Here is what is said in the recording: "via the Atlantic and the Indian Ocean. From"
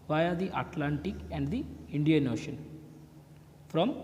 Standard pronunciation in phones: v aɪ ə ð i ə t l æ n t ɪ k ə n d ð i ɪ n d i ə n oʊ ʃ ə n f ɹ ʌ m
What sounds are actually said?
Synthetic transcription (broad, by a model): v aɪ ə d i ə t l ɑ n t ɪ k ə n d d i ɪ n d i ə n oʊ ʃ ə n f ɹ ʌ m